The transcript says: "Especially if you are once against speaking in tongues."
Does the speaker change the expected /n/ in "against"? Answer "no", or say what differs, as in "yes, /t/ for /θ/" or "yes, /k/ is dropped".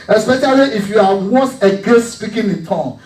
yes, /n/ is dropped